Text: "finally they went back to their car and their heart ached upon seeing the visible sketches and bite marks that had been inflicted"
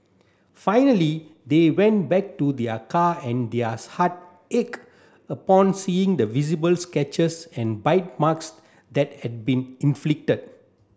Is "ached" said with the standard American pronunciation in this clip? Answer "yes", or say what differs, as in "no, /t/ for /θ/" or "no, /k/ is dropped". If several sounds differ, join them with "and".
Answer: no, /t/ is dropped